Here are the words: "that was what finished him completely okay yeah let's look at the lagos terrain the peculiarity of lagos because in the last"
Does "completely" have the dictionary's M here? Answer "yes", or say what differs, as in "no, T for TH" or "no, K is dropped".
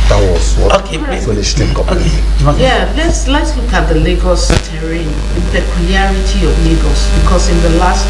no, M is dropped